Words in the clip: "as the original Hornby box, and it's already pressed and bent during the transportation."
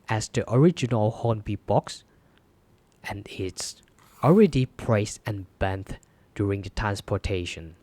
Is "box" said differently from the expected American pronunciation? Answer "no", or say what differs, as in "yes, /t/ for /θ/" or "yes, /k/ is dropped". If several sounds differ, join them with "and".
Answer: no